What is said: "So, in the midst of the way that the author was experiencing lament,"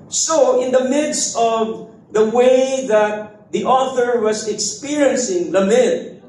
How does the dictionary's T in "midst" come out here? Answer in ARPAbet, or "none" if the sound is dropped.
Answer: T